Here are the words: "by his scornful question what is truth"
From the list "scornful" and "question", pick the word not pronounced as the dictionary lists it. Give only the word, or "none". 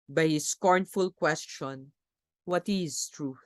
none